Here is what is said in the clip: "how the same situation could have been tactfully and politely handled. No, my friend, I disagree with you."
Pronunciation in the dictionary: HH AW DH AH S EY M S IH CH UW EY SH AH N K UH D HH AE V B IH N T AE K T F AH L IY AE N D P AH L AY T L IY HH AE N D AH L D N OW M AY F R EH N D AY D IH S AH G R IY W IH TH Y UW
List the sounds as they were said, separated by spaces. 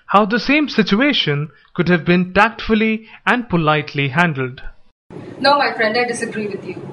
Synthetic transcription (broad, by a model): HH AW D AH S EY M S IH CH UW EY SH AH N K UH D HH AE V B IH N T AE K T F AH L IY AE N D P AH L AY T L IY HH AE N D AH L D N OW M AY F R EH N D AY D IH S AH G R IY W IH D Y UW